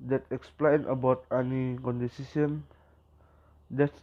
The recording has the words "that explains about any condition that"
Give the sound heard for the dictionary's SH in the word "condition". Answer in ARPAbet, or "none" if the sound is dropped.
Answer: S